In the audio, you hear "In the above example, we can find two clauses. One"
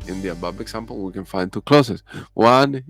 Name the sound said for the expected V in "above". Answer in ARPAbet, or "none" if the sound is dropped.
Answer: B